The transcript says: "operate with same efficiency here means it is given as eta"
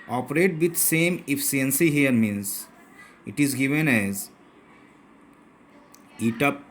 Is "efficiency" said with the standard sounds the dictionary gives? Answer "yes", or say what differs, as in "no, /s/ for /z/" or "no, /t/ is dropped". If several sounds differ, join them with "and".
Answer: no, /ʃ/ is dropped